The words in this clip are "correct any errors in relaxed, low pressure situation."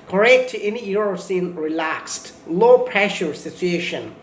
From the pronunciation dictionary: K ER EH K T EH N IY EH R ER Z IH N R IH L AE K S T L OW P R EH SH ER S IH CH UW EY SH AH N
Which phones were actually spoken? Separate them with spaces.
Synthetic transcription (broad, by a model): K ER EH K T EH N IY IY R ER S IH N R IH L AE K S T L OW P R EH SH ER S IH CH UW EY SH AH N